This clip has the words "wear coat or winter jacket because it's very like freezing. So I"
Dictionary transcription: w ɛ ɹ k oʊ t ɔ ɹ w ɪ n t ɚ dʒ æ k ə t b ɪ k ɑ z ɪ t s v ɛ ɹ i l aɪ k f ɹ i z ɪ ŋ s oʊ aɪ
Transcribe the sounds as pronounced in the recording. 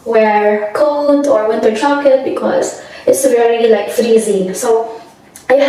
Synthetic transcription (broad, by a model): w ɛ ɹ k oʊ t ɔ ɹ w ɪ n t ɚ tʃ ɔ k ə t b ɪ k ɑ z ɪ t s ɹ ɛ l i l aɪ k f ɹ i z ɪ ŋ s oʊ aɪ